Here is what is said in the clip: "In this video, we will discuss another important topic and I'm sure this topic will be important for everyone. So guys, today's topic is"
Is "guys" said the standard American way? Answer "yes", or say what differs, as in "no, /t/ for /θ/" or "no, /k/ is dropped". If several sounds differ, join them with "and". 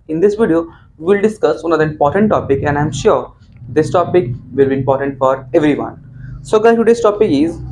no, /z/ is dropped